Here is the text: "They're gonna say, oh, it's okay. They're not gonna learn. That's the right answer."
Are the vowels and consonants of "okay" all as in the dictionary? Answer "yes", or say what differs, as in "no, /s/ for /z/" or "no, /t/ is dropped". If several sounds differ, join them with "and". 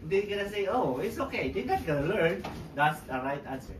yes